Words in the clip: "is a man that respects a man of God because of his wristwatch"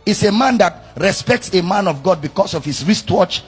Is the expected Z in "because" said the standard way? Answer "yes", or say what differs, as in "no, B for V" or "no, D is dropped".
no, S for Z